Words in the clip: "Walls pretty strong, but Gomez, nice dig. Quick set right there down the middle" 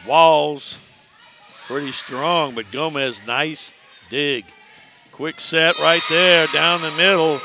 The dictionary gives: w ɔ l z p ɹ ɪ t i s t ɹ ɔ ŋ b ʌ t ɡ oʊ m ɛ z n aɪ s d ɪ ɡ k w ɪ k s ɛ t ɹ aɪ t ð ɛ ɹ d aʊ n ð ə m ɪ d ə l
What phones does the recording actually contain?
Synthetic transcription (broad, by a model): w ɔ l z p ɹ ɪ t i s t ɹ ɔ ŋ b ʌ t ɡ oʊ m ɛ z n aɪ s d ɪ ɡ k w ɪ k s ɛ t ɹ aɪ t ð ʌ ɹ d aʊ n ð ə m ɪ d l